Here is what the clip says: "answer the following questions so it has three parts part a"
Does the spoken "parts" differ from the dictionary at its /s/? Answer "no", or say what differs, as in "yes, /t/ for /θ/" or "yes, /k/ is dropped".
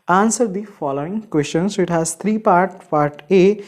yes, /s/ is dropped